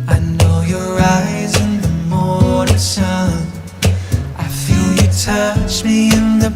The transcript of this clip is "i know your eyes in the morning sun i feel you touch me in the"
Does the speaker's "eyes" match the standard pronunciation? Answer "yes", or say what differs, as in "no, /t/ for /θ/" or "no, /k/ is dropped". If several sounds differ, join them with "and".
yes